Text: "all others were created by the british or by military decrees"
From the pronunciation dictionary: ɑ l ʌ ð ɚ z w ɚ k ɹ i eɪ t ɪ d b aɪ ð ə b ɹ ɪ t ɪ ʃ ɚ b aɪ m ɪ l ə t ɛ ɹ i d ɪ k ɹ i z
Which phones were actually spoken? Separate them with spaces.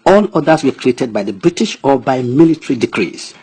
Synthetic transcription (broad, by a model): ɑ l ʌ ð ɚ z w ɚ k ɹ i eɪ t ɪ d b aɪ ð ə b ɹ ɪ t ɪ ʃ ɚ b aɪ m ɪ l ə t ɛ ɹ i d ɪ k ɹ i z